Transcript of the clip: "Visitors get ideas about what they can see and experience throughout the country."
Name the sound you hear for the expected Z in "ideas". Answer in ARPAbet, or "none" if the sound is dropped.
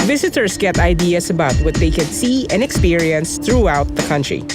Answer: S